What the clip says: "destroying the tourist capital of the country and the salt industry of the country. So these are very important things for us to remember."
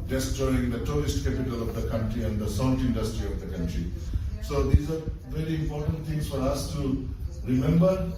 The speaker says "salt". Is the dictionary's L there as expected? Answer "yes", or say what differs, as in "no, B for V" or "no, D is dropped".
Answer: no, N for L